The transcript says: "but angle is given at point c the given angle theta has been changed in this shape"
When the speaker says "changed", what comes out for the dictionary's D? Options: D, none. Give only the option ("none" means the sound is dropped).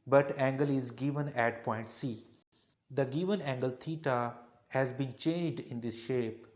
D